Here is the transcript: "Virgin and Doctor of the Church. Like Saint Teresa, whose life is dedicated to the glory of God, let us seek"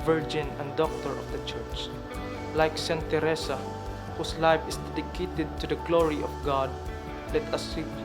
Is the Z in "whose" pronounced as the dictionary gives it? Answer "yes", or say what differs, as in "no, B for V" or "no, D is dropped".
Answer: no, S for Z